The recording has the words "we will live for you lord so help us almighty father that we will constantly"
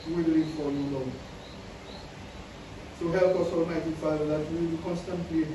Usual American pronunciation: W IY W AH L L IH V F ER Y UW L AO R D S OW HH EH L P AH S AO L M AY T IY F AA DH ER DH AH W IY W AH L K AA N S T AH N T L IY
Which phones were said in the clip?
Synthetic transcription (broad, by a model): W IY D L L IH F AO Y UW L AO S OW HH EH L P AH S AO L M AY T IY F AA IH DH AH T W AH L K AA N S T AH N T L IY